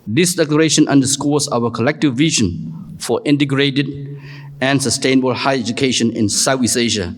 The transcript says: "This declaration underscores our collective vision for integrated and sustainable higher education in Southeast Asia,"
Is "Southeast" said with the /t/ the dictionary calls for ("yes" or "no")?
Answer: no